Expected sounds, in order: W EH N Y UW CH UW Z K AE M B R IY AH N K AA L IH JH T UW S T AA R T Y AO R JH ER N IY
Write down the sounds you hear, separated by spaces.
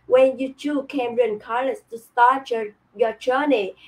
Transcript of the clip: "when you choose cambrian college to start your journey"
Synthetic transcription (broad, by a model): W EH N Y UW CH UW K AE M R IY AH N K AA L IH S T UW S T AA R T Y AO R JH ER N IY